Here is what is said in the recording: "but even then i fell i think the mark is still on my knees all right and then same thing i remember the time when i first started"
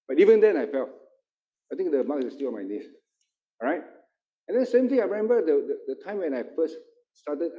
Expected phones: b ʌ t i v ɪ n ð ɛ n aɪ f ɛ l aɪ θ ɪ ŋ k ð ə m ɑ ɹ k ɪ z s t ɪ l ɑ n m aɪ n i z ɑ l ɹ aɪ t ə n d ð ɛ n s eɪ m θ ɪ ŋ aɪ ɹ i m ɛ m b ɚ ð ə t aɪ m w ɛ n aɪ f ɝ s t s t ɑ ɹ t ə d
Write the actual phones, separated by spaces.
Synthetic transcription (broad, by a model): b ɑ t i v ɪ n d ɛ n aɪ f ɛ l aɪ t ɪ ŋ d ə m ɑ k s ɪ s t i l ɑ n m aɪ n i s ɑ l ɹ aɪ t ə n d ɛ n s eɪ m t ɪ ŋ aɪ ɹ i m ɛ m b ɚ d ə t aɪ m w ɛ n aɪ f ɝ s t s t ɑ t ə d